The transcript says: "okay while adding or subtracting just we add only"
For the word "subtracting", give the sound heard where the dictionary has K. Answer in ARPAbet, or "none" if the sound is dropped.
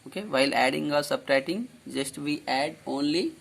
none